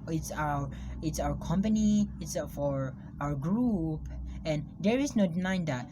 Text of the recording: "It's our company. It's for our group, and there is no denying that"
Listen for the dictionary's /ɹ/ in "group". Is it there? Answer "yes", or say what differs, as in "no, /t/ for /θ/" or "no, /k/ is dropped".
yes